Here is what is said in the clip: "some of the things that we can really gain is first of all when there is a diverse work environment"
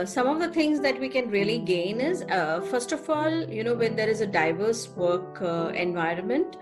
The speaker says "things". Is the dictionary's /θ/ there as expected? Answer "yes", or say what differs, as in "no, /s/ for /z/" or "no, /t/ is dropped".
no, /t/ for /θ/